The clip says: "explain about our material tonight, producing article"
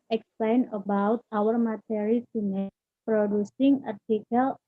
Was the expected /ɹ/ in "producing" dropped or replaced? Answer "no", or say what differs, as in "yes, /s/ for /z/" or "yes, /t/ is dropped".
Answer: no